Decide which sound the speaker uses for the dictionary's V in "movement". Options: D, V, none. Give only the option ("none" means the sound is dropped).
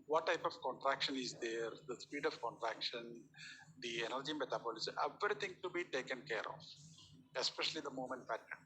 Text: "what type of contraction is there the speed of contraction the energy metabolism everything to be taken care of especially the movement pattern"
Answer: none